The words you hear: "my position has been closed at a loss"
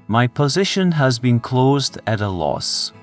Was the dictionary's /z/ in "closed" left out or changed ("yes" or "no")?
no